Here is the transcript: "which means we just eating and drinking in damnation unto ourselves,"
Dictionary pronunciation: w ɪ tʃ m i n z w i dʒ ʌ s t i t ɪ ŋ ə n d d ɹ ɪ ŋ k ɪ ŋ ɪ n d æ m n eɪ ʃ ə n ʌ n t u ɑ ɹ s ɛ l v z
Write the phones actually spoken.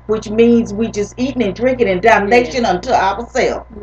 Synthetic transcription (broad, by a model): w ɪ tʃ m i n z w i dʒ ʌ s t i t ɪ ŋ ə n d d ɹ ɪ ŋ k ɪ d ɪ n d æ m n eɪ ʃ ə n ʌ n t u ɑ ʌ s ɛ l